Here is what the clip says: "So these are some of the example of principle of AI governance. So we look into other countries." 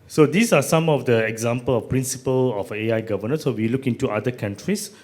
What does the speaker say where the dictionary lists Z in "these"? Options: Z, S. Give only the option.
S